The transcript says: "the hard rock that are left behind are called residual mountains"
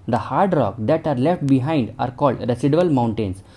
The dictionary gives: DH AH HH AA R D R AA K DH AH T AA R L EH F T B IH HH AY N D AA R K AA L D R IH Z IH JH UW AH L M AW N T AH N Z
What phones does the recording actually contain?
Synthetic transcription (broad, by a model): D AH HH AA R D R AA K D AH T AA R L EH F T B IH HH AY N D AA R K AA L D R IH S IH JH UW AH L M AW N T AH N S